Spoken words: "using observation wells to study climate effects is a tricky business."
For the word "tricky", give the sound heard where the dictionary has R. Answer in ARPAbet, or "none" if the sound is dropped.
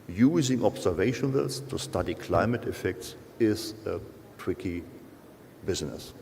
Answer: W